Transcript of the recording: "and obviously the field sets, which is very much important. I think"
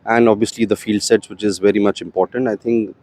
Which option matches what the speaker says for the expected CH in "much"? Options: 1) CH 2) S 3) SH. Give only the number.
1